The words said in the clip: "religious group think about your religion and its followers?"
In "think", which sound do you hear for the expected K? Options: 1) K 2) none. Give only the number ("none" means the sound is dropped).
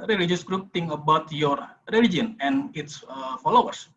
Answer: 2